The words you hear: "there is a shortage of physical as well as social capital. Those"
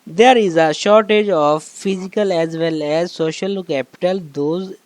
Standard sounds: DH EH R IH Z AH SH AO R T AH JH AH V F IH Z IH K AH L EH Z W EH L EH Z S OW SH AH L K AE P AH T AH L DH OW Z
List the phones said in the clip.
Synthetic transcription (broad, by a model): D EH R IH Z AH SH AO R T AH JH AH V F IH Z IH K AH L EH Z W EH L EH Z S OW SH AH L K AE P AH T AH L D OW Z